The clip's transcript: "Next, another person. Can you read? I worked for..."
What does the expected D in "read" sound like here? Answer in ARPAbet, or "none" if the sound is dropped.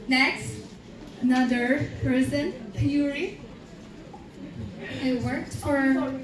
none